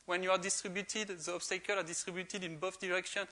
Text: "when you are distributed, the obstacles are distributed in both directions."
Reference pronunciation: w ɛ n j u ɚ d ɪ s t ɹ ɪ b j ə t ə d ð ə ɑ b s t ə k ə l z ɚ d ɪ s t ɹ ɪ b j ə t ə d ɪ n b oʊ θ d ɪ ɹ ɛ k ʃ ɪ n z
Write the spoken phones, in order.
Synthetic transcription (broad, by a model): w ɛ n j u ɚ d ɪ s t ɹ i b j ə t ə d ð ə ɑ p s t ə k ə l ɑ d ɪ s t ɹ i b j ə t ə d ɪ n b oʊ f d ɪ ɹ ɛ k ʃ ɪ n